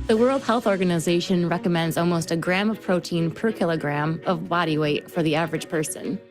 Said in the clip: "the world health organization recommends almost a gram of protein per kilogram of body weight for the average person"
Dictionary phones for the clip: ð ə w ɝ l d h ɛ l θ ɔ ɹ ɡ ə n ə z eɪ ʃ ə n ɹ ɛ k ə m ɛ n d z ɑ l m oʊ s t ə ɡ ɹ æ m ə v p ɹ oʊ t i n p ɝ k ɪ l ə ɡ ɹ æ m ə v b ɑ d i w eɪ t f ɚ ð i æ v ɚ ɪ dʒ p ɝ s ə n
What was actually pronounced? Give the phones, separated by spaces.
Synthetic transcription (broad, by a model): ð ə w ɝ l d h ɛ l θ ɔ ɹ ɡ ə n ə z eɪ ʃ ə n ɹ ɛ k ə m ɛ n d z ɑ l m oʊ s t ə ɡ ɹ æ m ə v p ɹ oʊ t i n p ɝ k ɪ l ə ɡ ɹ æ m ə v b ɑ d i w eɪ t f ɚ ð i æ v ɚ ɪ dʒ p ɝ s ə n